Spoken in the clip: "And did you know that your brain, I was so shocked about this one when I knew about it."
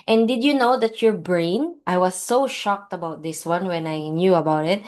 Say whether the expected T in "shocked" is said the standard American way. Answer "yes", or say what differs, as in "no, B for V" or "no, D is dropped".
yes